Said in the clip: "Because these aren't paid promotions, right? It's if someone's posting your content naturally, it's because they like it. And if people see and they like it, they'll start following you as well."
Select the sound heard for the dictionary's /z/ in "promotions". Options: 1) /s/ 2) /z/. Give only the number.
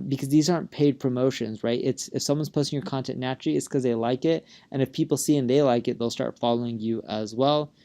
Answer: 2